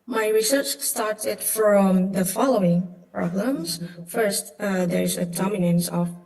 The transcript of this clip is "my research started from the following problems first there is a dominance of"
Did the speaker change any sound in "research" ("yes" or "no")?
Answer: no